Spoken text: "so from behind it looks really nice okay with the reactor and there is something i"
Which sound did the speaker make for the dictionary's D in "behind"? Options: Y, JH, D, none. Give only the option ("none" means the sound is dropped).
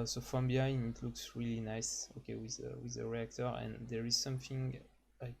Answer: none